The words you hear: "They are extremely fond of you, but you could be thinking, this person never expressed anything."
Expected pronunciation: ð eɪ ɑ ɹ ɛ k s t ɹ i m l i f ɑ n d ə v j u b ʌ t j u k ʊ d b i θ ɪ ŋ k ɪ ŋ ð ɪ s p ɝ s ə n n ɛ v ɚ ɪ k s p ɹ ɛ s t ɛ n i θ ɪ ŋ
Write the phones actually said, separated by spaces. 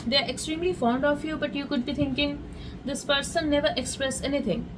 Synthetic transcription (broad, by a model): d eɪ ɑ ɹ ɛ k s t ɹ i m l i f ɑ n d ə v j u b ʌ t j u k ʊ d b i t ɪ ŋ k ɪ ŋ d ɪ s p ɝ s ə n n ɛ v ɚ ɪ k s p ɹ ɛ s ɛ n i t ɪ ŋ